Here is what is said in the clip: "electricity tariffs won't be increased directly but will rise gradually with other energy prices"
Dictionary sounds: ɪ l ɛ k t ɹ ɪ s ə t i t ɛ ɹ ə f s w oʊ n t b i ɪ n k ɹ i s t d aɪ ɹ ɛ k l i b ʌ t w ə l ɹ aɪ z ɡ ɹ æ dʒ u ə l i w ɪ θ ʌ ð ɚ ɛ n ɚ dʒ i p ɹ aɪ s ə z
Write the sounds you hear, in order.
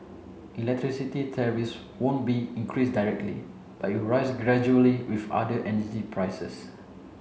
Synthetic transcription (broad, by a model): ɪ l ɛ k t ɹ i s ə t i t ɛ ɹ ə s w oʊ n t b i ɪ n k ɹ i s d aɪ ɹ ɛ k l i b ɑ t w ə ɹ aɪ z ɡ ɹ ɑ dʒ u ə l i w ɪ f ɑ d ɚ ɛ n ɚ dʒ i p ɹ aɪ s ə s